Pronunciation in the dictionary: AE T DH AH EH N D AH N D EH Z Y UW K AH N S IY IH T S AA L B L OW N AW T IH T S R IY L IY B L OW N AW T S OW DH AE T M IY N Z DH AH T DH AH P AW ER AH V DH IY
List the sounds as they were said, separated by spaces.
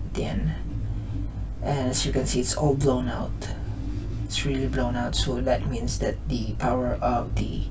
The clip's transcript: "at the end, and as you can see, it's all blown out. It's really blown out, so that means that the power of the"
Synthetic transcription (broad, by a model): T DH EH N AH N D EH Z Y UW K AH N S IY IH T S AA L B L OW N AW T IH T S R IY L IY B L OW N AW T S OW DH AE T M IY N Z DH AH T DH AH P AW ER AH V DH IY